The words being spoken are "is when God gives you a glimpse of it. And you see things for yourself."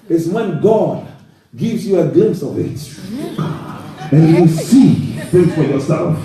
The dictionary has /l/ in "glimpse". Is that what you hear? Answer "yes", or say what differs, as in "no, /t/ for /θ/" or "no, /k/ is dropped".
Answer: yes